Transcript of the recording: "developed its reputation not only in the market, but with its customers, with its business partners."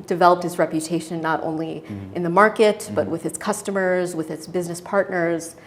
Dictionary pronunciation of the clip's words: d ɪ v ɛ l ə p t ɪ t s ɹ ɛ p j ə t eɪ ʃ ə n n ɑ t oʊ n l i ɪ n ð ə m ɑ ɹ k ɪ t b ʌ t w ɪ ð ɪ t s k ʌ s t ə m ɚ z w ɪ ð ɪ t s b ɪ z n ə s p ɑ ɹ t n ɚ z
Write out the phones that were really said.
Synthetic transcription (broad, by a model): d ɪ v ɛ l ə p t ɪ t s ɹ ɛ p j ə t eɪ ʃ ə n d t oʊ n l i ɪ n ð ə m ɑ ɹ k ɪ t b ʌ t w ɪ ð ɪ t s k ʌ s t ə m ɚ z w ɪ ð ɪ t s b ɪ z n ə s p ɑ ɹ t n ɚ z